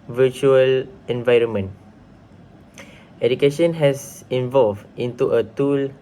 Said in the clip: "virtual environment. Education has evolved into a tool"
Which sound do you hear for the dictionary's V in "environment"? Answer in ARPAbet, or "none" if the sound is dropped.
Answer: V